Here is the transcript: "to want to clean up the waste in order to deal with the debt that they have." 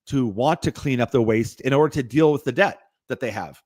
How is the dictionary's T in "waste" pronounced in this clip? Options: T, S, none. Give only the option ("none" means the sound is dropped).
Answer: T